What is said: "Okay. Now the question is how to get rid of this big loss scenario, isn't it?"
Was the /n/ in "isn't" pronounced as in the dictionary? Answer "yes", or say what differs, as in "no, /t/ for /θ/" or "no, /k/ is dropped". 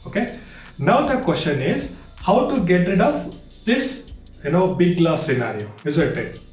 no, /l/ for /n/